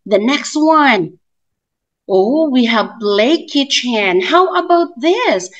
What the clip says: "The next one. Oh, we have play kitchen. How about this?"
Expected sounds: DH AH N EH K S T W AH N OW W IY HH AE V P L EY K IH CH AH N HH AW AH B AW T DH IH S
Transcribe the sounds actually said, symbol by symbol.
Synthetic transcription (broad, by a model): DH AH N EH K S T W AH N OW W IY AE V B L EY K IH CH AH N HH AW AH B AW T DH IH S